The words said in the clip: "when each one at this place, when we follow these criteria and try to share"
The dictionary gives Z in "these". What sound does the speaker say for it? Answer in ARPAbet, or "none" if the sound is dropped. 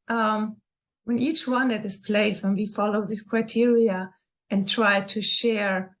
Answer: S